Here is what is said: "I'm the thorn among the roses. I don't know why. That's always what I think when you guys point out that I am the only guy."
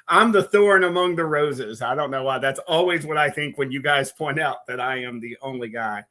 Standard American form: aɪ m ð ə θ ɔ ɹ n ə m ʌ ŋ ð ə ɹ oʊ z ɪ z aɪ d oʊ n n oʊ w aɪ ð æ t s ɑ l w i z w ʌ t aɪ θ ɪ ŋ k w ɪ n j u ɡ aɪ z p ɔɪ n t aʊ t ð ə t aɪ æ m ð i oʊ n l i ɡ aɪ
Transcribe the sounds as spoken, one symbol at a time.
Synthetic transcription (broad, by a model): aɪ m ð ə θ ɔ ɹ n ə m ʌ ŋ ð ə ɹ oʊ z ɪ z aɪ d oʊ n n oʊ w aɪ ð æ t s ɑ l w i z w ʌ t aɪ θ ɪ ŋ k w ɪ n j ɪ ɡ aɪ z p ɔɪ n t aʊ t ð ə t aɪ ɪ m ð i oʊ n l i ɡ aɪ